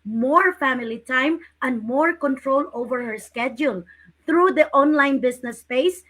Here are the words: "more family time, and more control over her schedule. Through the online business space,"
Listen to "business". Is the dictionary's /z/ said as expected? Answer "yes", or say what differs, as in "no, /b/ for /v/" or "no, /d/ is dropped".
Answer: no, /s/ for /z/